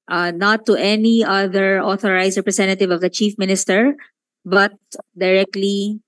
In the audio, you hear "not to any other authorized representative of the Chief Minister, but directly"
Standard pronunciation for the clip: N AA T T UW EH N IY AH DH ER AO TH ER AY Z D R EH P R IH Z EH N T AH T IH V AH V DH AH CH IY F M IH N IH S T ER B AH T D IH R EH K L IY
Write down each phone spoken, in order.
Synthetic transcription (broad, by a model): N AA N T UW EH N IY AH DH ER AO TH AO AY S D R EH P R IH S EH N T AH T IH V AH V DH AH CH IY F M IH N IH S T ER B AH T D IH R EH K L IY